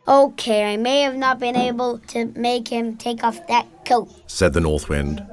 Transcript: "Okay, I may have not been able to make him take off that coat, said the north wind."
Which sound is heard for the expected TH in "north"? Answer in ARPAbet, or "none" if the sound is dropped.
TH